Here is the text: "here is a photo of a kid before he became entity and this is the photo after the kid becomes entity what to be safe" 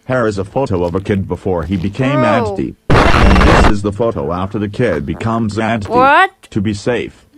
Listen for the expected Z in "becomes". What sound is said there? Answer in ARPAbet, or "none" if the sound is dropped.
Z